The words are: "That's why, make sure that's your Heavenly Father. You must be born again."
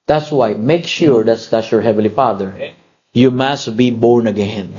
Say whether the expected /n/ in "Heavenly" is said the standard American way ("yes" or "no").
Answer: no